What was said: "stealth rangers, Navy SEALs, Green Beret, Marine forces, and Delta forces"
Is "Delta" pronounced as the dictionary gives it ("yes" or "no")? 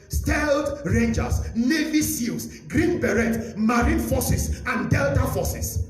yes